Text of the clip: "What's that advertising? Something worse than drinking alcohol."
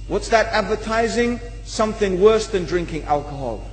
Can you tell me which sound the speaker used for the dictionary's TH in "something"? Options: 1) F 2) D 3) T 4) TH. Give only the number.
4